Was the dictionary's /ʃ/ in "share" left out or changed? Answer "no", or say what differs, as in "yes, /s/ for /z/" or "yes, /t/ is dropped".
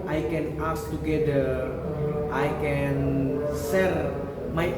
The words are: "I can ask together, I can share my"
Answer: yes, /s/ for /ʃ/